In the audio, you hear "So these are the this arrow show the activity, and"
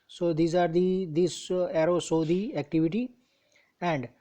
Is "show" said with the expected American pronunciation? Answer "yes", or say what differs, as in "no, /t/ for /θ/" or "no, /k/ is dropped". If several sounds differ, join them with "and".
no, /s/ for /ʃ/